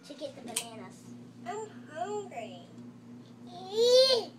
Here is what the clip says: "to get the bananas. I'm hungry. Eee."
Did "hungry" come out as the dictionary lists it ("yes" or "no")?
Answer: no